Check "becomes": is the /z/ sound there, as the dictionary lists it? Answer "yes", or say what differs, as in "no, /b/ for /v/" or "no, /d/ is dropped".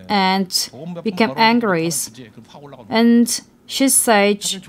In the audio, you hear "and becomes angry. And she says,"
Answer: no, /z/ is dropped